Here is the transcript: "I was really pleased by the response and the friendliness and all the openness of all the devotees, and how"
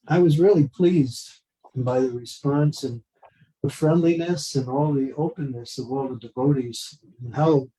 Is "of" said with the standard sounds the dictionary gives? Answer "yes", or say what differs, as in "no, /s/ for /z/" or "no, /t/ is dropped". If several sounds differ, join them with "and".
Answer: yes